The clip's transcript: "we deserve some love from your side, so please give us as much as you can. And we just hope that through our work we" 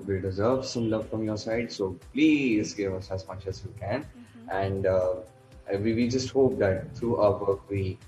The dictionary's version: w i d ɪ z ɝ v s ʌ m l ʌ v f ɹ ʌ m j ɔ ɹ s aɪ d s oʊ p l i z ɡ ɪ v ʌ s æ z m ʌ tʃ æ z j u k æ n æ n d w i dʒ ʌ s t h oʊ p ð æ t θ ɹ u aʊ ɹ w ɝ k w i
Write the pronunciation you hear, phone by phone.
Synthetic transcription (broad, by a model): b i d ɪ z ɝ v s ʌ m l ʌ f ɹ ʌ m j ɔ ɹ s aɪ d s oʊ p l i z ɡ ɪ v ʌ s æ z m ʌ tʃ æ z j u k æ n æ n d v i dʒ ʌ s t h oʊ p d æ t t ɹ u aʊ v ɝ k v i